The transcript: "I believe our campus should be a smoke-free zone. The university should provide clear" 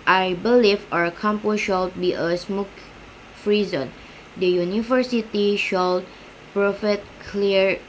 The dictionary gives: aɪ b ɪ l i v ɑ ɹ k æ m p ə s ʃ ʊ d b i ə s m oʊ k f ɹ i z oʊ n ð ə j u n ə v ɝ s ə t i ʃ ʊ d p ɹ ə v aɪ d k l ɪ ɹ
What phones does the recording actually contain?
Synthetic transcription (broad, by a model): aɪ b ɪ l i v ɑ ɹ k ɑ m p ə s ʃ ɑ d b i ə s m oʊ k f ɹ i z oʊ n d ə j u n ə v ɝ s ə t i ʃ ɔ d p ɹ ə f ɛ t k l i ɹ